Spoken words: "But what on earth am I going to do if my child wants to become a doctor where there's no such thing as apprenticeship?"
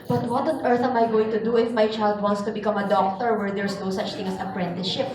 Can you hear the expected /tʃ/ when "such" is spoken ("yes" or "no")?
yes